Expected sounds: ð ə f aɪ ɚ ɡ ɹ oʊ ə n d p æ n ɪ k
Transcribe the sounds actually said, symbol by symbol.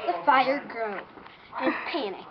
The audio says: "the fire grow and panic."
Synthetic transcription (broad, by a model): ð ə f aɪ ɚ ɡ ɹ oʊ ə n p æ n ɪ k